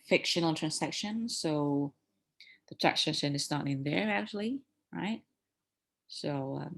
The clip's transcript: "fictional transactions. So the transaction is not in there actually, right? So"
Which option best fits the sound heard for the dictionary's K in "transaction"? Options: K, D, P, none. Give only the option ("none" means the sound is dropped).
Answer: none